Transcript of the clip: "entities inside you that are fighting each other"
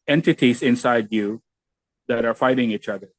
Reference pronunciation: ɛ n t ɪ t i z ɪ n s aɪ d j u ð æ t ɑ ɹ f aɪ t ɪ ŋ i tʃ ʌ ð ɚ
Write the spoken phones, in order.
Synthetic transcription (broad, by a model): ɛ n t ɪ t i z ɪ n s aɪ d j u ð æ t ɑ ɹ f aɪ t ɪ ŋ i tʃ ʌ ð ɚ